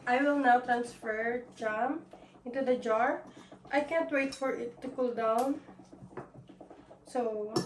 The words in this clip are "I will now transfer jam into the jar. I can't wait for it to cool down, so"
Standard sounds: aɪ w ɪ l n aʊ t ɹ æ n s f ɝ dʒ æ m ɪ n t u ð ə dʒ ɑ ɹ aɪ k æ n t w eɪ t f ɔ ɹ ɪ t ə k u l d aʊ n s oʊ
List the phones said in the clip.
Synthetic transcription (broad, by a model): aɪ w ɪ l n aʊ t ɹ æ n s f ɝ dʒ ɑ m ɪ n t u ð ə dʒ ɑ ɹ aɪ k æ n t w eɪ t f ɔ ɹ ɪ t ə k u l d aʊ n s oʊ